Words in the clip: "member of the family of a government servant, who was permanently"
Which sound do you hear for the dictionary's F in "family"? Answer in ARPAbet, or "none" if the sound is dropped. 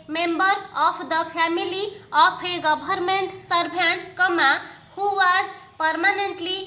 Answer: P